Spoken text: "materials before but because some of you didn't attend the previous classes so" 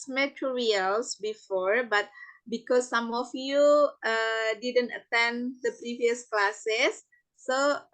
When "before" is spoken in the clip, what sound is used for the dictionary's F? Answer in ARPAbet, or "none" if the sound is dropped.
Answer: F